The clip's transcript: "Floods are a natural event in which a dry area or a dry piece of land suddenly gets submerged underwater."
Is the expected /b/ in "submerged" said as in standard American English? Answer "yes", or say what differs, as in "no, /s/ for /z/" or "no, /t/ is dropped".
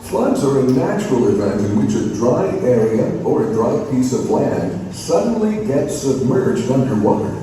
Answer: yes